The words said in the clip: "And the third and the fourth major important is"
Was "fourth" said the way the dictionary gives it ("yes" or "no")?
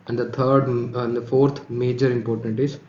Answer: no